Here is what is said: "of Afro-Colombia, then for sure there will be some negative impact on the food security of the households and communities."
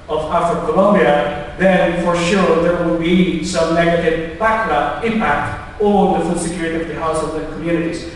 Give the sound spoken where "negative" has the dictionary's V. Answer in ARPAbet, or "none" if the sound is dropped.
P